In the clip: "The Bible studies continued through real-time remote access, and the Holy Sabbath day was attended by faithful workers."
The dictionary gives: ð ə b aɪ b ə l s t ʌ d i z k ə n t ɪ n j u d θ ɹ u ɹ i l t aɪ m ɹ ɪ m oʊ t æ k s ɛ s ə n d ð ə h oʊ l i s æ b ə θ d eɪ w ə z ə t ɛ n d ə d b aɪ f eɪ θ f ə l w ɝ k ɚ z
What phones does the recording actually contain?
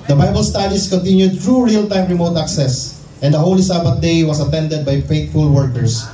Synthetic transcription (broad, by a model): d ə b aɪ b ə l s t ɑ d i s k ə n t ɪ n j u d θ ɹ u ɹ i l t aɪ m ɹ ɪ m oʊ t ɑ k s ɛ s ə n d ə h oʊ l i s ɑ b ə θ d eɪ w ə s ə t ɛ n d ə d b aɪ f eɪ t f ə l w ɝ k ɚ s